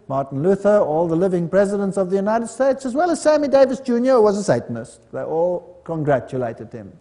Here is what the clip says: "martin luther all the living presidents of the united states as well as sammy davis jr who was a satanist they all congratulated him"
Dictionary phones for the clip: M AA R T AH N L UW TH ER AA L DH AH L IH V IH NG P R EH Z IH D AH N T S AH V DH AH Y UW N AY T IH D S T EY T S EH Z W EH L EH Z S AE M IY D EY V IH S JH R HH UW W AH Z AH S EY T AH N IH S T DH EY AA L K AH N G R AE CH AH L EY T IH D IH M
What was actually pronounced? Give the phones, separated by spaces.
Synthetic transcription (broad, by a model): M AA R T N L UW TH ER AA L DH AH L IH V IH NG P R EH Z IH D AH N T S AH V DH AH Y UW N AY T IH D S T EY T S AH Z W EH L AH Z S AE M IY D EY V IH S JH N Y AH W AH Z AH S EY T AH N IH S T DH EY AA L K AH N G R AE CH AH L EY T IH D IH M